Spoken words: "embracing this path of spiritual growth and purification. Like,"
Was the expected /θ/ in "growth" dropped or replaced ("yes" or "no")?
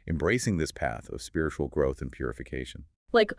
no